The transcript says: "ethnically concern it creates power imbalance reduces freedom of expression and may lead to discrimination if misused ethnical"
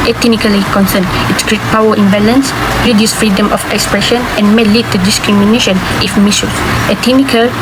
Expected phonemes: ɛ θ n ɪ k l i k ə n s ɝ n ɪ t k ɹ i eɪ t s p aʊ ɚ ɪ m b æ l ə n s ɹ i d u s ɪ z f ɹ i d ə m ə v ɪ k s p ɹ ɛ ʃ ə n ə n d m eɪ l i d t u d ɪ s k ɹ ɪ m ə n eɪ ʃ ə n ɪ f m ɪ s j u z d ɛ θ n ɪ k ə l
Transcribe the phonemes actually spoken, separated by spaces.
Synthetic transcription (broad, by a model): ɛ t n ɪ k l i k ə n s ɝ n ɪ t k ɹ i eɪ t p aʊ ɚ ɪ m b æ l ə n s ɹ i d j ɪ s f ɹ i d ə m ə f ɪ k s p ɹ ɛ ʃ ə n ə n m eɪ l i d t u d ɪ s k ɹ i m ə n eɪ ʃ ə n ɪ f m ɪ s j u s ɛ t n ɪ k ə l